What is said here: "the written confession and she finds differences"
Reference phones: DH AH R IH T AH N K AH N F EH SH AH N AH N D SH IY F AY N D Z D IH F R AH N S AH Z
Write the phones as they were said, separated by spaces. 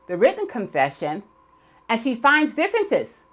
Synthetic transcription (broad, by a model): DH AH R IH T N K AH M F EH SH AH N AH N SH IY F AY N D Z D IH F R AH N S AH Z